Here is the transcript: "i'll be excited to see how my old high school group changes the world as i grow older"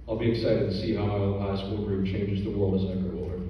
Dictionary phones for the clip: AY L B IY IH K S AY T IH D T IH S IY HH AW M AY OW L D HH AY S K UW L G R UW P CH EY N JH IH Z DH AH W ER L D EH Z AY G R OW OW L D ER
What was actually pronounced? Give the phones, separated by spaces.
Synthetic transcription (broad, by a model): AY L B IY IH K S AY T IH D T IH S IY HH AW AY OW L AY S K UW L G R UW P CH EY N JH IH Z DH AH W ER L D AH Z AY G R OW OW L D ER